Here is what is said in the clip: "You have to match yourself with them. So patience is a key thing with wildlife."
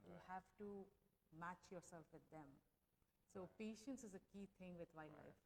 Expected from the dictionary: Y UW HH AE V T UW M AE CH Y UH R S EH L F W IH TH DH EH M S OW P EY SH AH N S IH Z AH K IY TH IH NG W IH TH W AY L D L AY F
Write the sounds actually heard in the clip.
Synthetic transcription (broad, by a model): Y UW HH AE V T UW M AE CH Y UH R S EH L F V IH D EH M S OW P EY SH AH N S IH Z AH K IY T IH NG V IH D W AY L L AY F